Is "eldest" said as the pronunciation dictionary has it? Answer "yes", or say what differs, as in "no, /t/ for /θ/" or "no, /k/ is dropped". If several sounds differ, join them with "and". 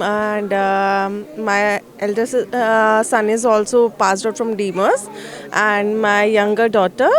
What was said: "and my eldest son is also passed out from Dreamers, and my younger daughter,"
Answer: no, /s/ is dropped